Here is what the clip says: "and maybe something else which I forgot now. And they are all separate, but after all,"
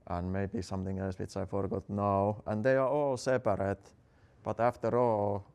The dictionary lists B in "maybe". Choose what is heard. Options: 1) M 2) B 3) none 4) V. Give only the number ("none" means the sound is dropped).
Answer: 2